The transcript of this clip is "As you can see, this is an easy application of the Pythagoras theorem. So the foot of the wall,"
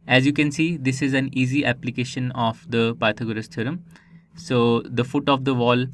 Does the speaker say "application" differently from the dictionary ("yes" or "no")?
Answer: no